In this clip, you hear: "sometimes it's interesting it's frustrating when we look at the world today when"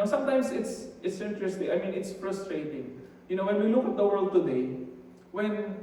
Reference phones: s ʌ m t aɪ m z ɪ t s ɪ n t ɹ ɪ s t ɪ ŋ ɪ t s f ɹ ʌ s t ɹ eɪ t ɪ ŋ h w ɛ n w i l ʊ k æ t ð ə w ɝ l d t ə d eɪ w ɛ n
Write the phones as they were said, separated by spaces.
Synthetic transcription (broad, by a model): s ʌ m t aɪ m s ɪ t s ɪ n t ɹ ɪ s t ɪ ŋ ɪ t s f ɹ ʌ s t ɹ eɪ t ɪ ŋ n w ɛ n w i l ʊ k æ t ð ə w ɝ l d t ə d eɪ w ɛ n